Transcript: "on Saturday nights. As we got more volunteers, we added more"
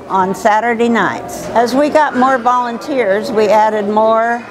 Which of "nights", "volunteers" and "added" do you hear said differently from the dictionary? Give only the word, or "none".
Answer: none